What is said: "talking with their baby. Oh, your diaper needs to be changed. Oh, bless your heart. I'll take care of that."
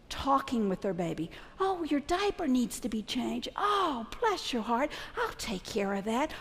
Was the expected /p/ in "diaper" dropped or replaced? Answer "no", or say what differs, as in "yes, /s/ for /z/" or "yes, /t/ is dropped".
no